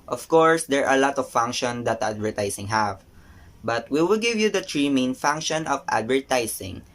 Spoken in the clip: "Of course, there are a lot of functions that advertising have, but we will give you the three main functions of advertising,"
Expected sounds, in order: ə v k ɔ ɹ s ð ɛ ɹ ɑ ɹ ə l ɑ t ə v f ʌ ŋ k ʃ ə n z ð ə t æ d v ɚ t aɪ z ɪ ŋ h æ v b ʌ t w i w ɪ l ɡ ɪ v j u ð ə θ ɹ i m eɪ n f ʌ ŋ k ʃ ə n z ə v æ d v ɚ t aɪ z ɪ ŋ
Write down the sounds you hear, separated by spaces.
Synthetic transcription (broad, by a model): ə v k ɔ ɹ s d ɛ ɹ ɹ ə l ɑ t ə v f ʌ ŋ k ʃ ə n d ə t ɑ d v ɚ t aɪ s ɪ ŋ h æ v b ʌ t w i w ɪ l ɡ ɪ v j u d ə t ɹ i m eɪ n f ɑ ŋ k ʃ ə n ə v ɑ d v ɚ t aɪ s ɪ ŋ